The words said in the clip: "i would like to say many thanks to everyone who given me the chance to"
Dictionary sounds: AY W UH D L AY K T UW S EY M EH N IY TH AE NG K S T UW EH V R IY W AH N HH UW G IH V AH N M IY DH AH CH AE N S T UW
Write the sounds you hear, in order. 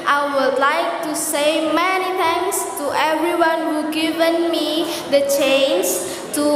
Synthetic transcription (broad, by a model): AY W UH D L AY K T UW S EY M EH N IY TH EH NG S T UW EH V R IY W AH N HH UW G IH V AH N M IY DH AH CH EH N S T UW